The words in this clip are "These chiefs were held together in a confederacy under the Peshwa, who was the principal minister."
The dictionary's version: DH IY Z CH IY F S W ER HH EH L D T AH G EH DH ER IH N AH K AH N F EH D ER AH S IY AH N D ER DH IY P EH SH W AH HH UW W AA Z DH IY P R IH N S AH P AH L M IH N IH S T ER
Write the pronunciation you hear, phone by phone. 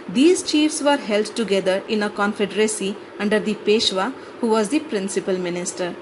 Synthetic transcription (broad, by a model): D IY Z CH IY F S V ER HH EH L D T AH G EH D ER IH N AH K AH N F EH D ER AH S IY AH N D ER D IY P EH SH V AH HH UW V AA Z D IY P R IH N S AH P AH L M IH N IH S T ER